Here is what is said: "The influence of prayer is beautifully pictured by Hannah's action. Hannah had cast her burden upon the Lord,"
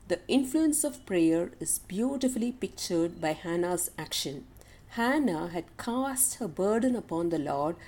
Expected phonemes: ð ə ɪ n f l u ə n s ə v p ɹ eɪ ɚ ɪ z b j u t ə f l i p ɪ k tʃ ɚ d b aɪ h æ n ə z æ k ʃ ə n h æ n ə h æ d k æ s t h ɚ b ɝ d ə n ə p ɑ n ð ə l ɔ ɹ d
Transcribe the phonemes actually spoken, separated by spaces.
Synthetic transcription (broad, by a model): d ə ɪ n f l u ə n s ə v p ɹ eɪ ɚ ɪ z b j u t ə f l i p ɪ k tʃ ɚ d b aɪ h æ n ə z æ k ʃ ə n h æ n ə h æ d k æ s t h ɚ b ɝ d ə n ə p ɑ n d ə l ɔ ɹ d